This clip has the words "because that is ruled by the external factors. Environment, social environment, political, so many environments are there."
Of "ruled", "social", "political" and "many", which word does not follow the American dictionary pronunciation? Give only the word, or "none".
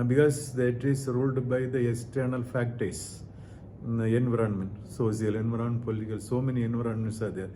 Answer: social